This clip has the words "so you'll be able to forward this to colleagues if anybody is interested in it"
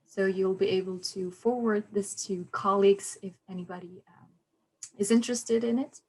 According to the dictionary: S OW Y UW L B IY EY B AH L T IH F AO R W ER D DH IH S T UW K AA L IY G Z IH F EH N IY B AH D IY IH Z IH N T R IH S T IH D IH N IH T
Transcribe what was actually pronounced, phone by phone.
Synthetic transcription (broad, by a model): S OW Y UW L B IY EY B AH L T IH F AO R W ER D DH IH S T UW K AA L IY G Z IH F EH N IY B AH D IY IH Z IH N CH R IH S T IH D IH N IH T